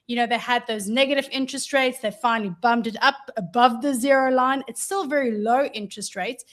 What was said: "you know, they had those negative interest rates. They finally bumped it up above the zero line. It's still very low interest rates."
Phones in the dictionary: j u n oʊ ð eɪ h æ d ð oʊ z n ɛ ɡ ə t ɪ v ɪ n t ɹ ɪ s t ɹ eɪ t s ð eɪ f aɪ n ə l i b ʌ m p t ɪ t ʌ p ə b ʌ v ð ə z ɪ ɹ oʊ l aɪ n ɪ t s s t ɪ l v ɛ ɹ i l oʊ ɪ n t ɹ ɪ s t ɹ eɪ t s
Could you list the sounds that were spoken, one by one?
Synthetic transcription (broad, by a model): j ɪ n oʊ ð eɪ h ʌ d ð oʊ z n ɛ ɡ ə t ɪ v ɪ n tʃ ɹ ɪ s t ɹ eɪ t s ð eɪ f aɪ n l i b ʌ m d ɪ t ʌ p ə b ʌ v ð ə z ɪ ɹ oʊ l aɪ n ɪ t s s t ɪ l v ɛ ɹ i l oʊ ɪ n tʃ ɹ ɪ s t ɹ eɪ t s